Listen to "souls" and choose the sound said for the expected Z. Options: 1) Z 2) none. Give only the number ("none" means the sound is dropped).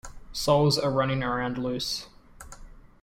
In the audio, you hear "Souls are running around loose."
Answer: 1